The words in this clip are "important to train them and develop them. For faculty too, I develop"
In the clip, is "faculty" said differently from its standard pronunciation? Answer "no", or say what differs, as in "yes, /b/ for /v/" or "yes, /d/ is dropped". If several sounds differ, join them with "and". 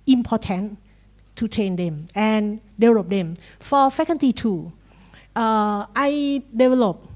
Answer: yes, /n/ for /l/